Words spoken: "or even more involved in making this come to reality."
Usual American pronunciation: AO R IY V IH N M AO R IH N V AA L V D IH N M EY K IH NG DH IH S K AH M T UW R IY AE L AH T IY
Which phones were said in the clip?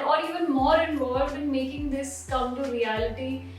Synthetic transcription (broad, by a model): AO R IY V IH N M AO R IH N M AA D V IH N M EY K IH NG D IH S K AH M T UW R IY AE L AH T IY